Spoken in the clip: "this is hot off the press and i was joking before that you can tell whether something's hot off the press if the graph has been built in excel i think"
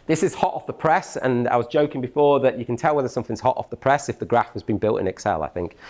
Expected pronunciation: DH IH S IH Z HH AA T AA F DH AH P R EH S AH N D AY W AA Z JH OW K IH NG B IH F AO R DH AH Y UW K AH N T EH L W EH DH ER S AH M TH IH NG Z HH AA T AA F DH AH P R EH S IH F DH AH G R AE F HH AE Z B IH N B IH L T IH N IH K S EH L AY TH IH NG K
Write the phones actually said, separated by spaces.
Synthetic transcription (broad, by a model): DH IH S IH Z HH AA T AA F DH AH P R EH S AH N AY W AA Z JH OW K IH NG B IH F AO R DH AH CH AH K AH N T EH L W EH DH ER S AH M TH IH NG Z HH AA T AA F DH AH P R EH S IH F DH AH G R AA F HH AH Z B IH N B IH L T IH N IH K S EH L AY TH IH NG K